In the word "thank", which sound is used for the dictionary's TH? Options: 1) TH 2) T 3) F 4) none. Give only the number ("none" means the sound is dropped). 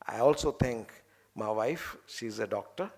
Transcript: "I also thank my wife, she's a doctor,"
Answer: 2